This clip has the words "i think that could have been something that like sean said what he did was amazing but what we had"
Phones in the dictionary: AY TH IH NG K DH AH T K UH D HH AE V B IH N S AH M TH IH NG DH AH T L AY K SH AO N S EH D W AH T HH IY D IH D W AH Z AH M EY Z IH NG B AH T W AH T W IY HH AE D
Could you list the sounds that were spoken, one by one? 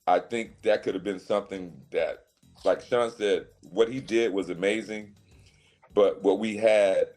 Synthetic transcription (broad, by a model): AY TH IH NG K DH AH T K UH D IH V B IH N S AH M TH IH NG DH AH T L AY K SH AO N S EH D W AH T HH IY D IH D W AH Z AH M EY Z IH NG B AH T W AH T W IY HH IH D